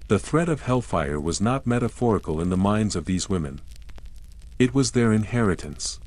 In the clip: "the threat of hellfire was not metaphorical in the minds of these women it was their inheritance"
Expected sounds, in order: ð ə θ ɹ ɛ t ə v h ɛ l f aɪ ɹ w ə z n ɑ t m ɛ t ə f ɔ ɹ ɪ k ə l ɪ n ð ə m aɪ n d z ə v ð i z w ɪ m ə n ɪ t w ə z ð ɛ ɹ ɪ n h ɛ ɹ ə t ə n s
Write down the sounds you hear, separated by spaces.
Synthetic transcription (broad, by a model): ð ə θ ɹ ɛ t ə v h ɛ l f aɪ ɹ w ə z n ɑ t m ɛ t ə f ɔ ɹ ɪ k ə l ɪ n ð ə m aɪ n d z ə v ð i z w ɪ m ə n ɪ t w ə z ð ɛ ɹ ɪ n h ɛ ɹ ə t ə n s